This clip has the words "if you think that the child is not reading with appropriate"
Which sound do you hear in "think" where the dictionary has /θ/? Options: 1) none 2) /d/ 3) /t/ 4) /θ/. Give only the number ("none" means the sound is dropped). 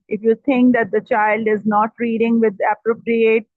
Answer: 3